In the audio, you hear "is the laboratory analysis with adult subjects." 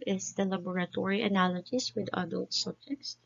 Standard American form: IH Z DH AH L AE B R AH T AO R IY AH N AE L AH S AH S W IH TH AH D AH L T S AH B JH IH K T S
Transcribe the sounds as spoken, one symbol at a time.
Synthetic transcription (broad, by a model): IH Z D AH L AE B R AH T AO R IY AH N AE L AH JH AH S W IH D AH D AH L T S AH B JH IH K T S